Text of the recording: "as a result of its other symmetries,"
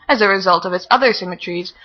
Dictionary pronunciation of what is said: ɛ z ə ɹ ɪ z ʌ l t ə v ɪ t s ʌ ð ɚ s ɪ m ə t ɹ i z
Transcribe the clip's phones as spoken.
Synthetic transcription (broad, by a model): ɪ z ə ɹ ɪ z ʌ l t ə v ɪ t s ʌ ð ɚ s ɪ m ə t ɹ i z